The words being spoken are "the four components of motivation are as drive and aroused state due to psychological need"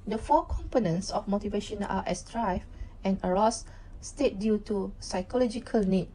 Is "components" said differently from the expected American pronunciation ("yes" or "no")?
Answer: no